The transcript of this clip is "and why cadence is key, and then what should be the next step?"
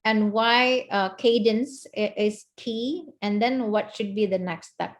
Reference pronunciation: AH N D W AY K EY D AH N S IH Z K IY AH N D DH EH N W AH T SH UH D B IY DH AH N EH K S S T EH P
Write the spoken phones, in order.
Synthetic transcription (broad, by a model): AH N W AY K EY D AH N S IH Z K IY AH N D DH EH N W AH T SH UH D B IY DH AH N EH K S S T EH P